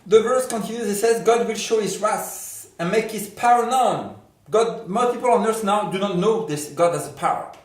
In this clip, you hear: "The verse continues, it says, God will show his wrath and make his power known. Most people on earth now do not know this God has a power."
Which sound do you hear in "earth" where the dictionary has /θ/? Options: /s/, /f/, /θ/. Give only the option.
/s/